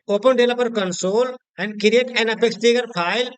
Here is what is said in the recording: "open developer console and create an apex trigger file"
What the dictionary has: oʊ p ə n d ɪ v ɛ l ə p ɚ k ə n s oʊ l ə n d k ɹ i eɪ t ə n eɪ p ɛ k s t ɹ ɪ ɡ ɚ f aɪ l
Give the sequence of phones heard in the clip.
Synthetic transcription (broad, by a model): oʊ p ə n d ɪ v l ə p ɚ k ə n s oʊ l ə n d k ɹ i eɪ t ə n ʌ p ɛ k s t ɪ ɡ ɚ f aɪ l